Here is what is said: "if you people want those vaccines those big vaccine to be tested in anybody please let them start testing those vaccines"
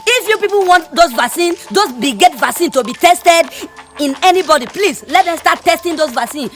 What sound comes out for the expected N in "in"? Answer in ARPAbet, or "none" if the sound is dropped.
N